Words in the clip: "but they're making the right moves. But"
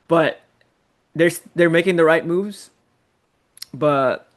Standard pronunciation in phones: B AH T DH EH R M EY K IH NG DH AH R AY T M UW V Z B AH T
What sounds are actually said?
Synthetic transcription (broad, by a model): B AH T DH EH R M EY K IH NG DH AH R AY T M UW V Z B AH T